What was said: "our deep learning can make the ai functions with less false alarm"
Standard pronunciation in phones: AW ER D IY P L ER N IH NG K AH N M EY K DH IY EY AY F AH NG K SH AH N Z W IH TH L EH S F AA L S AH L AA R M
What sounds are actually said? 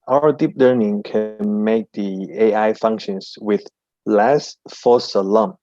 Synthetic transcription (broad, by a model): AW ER D IY P L ER N IH NG K AH N M EY K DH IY EY AY F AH NG K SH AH N S W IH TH L EH S F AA S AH L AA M